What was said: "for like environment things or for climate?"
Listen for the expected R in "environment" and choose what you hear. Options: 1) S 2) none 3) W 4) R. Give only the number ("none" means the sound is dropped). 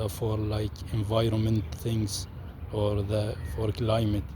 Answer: 4